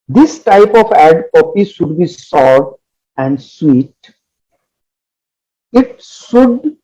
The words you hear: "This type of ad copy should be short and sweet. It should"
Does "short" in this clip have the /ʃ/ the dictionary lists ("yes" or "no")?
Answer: no